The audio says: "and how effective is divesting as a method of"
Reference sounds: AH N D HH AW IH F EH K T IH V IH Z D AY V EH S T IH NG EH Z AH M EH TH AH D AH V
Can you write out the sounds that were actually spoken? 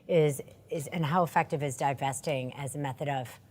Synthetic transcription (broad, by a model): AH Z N HH AW IH F EH K T IH V IH Z D AY V EH S T IH NG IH Z AH M EH TH AH D AH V